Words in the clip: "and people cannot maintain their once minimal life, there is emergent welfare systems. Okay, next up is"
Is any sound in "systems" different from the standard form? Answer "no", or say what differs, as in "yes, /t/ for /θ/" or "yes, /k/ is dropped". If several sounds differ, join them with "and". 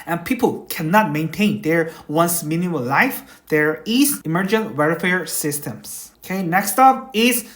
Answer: yes, /s/ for /z/